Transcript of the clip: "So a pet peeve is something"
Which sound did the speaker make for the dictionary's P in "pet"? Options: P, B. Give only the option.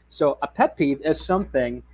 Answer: P